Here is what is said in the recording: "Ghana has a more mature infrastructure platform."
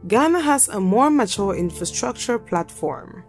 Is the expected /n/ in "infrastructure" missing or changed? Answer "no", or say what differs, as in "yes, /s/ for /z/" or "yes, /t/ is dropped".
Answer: no